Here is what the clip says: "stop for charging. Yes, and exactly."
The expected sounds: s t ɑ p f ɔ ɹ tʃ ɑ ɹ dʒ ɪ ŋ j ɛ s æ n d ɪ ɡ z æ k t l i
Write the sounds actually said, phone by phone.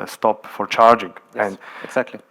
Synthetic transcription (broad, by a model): s t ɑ p f ɔ ɹ tʃ ɑ ɹ dʒ ɪ ŋ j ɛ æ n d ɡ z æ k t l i